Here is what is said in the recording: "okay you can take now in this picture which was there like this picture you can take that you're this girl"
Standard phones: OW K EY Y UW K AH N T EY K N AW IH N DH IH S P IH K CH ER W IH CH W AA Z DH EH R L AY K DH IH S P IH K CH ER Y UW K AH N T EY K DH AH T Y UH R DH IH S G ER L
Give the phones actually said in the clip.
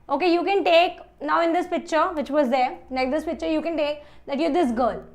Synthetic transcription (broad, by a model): OW K EY Y UW K AH N T EY K N AW IH N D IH S P IH K CH ER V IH CH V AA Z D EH R N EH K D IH S P IH K CH ER Y UW K AH N T EY K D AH T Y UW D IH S G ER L